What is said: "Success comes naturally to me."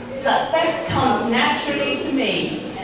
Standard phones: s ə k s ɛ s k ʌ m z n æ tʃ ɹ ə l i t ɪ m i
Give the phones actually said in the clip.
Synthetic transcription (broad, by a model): s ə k s ɛ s k ʌ m z n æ tʃ ɹ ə l i t ɪ m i